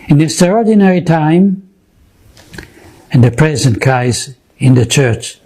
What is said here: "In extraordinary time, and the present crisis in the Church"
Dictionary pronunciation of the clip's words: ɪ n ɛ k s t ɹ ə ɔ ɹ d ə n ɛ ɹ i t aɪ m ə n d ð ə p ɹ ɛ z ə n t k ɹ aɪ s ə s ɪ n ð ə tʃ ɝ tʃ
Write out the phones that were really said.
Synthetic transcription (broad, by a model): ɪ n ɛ s t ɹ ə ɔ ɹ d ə n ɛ ɹ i t aɪ m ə n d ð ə p ɹ ɛ z ə n t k aɪ ə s ɪ n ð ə tʃ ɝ tʃ